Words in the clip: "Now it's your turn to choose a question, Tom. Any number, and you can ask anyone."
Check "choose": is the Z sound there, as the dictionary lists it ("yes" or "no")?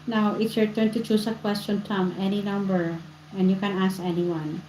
no